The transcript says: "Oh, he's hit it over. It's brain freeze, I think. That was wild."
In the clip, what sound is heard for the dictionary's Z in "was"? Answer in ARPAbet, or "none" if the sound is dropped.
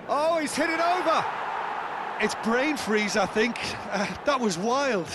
Z